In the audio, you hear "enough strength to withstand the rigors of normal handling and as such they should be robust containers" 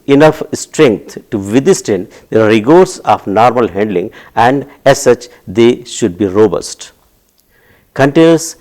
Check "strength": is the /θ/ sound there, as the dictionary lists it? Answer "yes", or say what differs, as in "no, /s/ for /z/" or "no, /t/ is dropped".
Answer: no, /t/ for /θ/